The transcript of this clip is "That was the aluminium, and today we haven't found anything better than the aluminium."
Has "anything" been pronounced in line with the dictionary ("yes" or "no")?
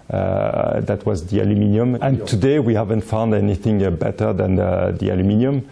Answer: yes